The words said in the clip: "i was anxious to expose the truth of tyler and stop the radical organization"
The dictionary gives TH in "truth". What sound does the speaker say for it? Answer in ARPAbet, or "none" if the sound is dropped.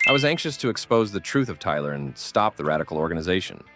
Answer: TH